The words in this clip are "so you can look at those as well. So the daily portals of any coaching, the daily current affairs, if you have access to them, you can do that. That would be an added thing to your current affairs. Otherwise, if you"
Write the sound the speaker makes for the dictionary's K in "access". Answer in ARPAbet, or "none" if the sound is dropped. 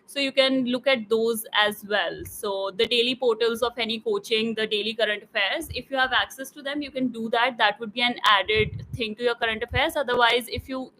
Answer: K